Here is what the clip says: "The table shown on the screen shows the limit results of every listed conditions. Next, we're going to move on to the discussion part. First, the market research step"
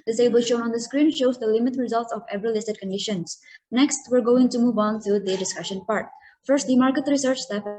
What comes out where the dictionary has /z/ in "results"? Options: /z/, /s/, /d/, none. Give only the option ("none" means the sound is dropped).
/z/